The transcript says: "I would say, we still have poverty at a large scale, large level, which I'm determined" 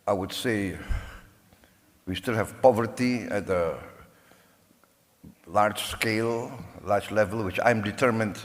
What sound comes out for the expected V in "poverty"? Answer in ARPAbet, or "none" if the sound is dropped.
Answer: V